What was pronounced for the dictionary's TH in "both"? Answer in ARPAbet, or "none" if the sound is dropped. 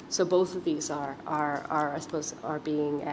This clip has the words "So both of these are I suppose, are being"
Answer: TH